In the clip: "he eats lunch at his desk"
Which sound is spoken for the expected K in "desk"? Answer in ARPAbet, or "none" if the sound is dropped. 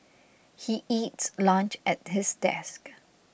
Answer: K